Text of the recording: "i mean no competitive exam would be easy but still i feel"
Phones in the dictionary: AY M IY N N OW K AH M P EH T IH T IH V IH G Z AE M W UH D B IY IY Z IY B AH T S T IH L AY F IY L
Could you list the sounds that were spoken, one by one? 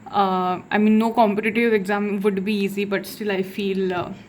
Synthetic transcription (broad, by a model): AY M IY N N OW K AH M P EH T IH T IH V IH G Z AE M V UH D B IY IY Z IY B AH T S T IH L AY F IY L